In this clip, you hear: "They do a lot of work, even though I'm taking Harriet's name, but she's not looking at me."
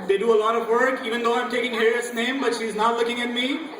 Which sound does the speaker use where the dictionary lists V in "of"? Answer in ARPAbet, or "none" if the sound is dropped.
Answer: V